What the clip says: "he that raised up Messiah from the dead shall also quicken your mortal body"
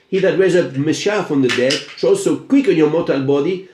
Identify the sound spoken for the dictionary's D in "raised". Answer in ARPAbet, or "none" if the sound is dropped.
none